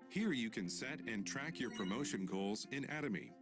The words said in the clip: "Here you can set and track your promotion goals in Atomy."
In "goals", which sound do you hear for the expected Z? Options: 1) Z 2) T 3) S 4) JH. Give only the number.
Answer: 1